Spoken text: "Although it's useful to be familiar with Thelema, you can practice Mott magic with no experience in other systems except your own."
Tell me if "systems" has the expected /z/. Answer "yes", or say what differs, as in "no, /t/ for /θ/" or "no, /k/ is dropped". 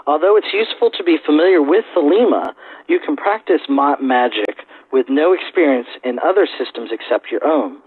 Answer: yes